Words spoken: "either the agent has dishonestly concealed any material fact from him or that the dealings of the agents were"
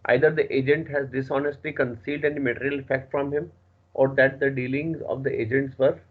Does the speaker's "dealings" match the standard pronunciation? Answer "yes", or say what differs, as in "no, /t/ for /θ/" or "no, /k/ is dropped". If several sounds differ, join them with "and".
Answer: yes